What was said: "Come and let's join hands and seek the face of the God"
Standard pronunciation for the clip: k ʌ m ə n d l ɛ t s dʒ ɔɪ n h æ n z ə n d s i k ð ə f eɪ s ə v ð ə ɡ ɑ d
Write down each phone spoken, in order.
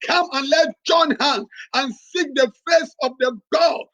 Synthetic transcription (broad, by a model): k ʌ m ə n l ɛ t dʒ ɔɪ n h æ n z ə n s i k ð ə f eɪ s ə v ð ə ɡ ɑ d